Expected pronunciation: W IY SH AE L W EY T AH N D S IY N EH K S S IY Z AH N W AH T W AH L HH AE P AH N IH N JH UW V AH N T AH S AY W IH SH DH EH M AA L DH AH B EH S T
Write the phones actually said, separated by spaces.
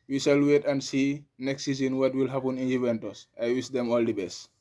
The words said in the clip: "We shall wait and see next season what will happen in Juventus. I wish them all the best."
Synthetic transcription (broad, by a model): W IY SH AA L W EY T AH N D S IY N EH K S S IY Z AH N W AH T W AH L HH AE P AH N IH N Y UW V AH N T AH S AY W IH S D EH M AA L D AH B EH S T